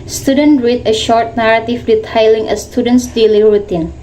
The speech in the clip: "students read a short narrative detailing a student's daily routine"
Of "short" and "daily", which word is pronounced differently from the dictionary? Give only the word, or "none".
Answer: none